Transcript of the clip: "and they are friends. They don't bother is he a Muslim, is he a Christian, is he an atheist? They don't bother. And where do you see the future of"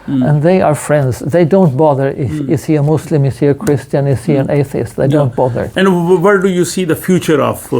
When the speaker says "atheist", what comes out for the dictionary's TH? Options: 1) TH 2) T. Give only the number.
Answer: 1